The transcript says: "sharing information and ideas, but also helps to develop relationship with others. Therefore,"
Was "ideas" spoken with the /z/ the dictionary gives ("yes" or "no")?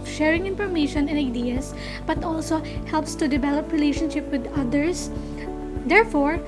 no